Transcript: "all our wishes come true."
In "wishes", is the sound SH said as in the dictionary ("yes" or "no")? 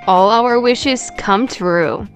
yes